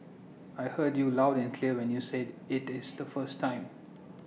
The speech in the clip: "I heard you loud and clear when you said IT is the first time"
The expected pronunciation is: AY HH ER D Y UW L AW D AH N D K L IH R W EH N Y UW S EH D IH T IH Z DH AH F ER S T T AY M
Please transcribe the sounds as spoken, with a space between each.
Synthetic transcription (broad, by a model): AY HH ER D Y UW L AW D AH N K L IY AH W EH N Y UW S EH D IH T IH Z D AH F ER S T T AY M